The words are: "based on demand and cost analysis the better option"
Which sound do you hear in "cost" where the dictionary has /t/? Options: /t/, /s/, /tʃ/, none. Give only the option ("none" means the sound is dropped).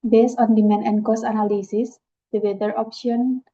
none